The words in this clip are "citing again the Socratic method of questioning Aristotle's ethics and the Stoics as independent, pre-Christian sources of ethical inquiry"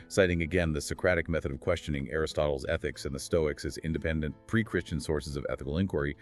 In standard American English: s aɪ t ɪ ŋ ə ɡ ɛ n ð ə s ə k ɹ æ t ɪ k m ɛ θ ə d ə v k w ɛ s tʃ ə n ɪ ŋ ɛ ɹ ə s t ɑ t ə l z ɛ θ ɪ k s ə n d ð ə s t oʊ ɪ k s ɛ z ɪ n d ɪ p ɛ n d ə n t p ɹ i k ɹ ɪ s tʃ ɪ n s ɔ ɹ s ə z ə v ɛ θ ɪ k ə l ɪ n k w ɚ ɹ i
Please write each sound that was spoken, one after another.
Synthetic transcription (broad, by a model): s aɪ t ɪ ŋ ə ɡ ɛ n ð ə s ə k ɹ æ t ɪ k m ɛ θ ə d ə v k w ɛ s tʃ ə n ɪ ŋ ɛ ɹ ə s t ɑ t l z ɛ θ ɪ k s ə n ð ə s t oʊ ɪ k s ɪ z ɪ n d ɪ p ɛ n d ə n p ɹ i k ɹ ɪ s tʃ ɪ n s ɔ ɹ s ə z ə v ɛ θ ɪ k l ɪ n k w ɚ ɹ i